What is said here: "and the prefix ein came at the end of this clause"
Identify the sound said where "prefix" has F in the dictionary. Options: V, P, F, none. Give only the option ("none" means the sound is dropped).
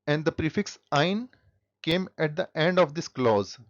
F